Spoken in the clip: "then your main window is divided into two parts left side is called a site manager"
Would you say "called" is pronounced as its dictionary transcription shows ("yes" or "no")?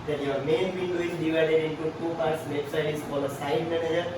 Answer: no